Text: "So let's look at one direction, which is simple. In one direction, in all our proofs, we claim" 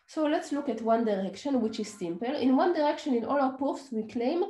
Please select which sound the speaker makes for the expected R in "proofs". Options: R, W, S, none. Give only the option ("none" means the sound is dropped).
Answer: none